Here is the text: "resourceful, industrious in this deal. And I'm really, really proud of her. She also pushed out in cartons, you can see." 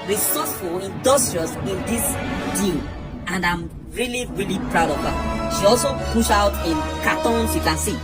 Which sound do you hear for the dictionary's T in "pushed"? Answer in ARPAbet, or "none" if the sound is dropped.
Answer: none